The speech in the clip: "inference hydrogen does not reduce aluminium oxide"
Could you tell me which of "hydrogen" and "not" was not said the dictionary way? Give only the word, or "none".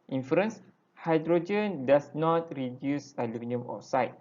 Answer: none